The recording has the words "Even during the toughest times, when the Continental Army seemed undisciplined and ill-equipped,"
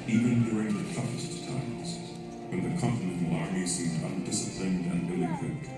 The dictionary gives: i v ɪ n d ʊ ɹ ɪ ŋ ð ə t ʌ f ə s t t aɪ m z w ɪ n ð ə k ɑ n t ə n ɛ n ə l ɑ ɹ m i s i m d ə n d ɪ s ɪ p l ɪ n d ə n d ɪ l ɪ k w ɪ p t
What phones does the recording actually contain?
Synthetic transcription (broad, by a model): i v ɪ n d ʊ ɹ ɪ ŋ ð ə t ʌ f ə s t t aɪ m z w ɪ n ð ə k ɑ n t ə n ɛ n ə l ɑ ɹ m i s i m d ə n d ɪ s ɪ p l ɪ n d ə n ɪ l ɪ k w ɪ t